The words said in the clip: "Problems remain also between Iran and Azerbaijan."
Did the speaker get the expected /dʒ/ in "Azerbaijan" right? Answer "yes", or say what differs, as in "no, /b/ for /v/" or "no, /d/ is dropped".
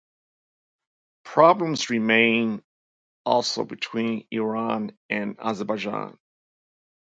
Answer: yes